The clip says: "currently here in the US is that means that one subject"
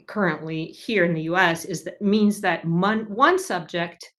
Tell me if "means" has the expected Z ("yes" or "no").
yes